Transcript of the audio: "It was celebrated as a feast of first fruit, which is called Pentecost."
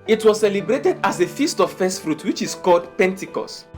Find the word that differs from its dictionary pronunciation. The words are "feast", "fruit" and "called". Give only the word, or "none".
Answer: none